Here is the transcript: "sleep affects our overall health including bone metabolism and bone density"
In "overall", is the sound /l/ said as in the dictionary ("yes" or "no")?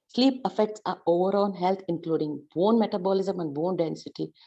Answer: no